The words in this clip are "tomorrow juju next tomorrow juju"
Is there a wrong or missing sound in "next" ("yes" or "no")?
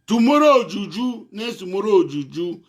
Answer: yes